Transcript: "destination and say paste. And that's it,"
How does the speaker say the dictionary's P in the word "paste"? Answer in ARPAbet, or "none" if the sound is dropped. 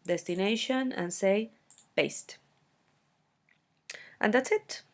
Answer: B